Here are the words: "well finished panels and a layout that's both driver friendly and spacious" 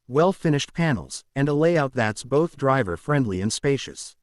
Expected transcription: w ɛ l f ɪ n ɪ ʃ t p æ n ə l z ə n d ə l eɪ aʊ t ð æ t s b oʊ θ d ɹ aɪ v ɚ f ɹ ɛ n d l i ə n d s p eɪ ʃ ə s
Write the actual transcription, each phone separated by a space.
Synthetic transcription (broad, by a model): w ɛ l f ɪ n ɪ ʃ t p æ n l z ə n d ə l eɪ aʊ t ð æ t s b oʊ θ d ɹ aɪ v ɚ f ɹ ɛ n d l i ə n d s p eɪ ʃ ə s